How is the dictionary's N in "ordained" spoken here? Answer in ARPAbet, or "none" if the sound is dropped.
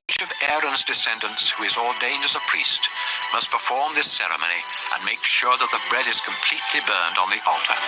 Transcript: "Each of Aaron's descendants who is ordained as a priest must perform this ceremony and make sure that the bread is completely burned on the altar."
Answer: N